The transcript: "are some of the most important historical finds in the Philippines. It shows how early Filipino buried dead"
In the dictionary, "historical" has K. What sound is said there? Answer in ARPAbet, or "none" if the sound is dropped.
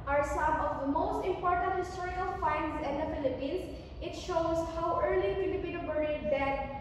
none